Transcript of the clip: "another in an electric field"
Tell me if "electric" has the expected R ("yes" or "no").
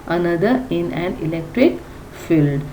yes